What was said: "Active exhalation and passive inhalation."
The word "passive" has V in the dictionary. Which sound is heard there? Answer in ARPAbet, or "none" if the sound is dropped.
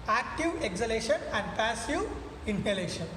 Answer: none